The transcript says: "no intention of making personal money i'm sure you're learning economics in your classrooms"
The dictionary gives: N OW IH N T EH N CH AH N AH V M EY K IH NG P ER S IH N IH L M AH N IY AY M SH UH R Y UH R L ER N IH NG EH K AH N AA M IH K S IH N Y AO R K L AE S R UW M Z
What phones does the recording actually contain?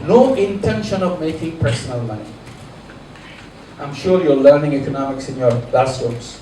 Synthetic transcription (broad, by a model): N OW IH N T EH N SH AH N AH V M EY K IH NG P ER S IH N IH L M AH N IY AY M SH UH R Y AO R L ER N IH NG EH K AH N AA M IH K S IH N Y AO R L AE S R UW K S